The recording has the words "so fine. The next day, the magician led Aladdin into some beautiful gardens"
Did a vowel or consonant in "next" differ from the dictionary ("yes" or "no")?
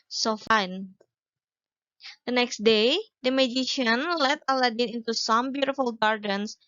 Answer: no